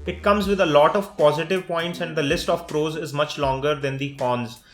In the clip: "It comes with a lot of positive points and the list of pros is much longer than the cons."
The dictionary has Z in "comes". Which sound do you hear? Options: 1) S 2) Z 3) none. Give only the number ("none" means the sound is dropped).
2